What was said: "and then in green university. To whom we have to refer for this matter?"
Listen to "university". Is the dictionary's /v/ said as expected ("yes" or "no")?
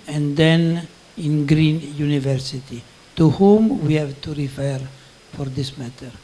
yes